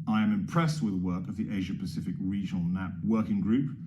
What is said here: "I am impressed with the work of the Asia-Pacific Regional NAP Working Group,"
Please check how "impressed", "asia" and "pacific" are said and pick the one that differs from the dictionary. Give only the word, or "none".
none